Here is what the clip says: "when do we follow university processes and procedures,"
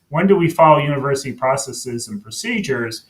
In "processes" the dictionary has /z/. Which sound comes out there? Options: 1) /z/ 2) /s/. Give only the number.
1